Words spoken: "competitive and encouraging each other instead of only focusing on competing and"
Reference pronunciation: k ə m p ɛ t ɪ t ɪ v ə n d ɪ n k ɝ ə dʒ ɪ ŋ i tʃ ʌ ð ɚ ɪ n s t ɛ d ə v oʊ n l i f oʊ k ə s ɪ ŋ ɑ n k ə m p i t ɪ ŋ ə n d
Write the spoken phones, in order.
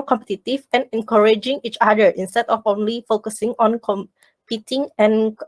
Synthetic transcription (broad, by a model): k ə m p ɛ t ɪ t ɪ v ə n ɪ n k ɝ ə dʒ ɪ ŋ i tʃ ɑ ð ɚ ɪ n s t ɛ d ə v oʊ n l i f oʊ k ə s ɪ ŋ ɑ n k ə m p i t ɪ ŋ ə n